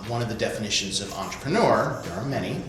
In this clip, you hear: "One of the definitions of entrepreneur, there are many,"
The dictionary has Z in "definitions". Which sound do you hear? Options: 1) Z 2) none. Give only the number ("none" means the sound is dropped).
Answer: 1